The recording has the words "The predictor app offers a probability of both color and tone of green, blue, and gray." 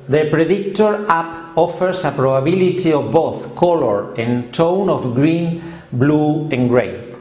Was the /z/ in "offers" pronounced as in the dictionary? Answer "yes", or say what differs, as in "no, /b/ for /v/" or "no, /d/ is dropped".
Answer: no, /s/ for /z/